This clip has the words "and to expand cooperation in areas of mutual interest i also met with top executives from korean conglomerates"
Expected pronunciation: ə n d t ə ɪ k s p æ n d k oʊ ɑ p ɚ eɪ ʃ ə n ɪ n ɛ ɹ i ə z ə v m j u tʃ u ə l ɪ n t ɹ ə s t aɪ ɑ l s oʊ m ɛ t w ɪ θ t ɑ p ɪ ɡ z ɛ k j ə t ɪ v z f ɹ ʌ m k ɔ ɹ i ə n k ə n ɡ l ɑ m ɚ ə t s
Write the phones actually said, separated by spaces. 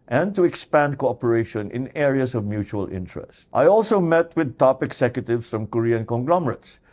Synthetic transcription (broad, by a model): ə n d t ə ɪ k s p æ n d k oʊ ɑ p ɚ eɪ ʃ ə n ɪ n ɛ ɹ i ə s ə v m j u tʃ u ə l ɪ n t ɹ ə s t aɪ ɑ l s oʊ m ɛ t w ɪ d t ɑ p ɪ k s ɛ k j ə t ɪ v s f ɹ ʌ m k ɔ ɹ i ə n k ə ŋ ɡ l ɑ m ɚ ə t s